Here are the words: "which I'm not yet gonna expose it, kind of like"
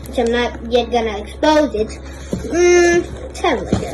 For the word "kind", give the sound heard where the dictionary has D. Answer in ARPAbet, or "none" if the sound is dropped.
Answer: none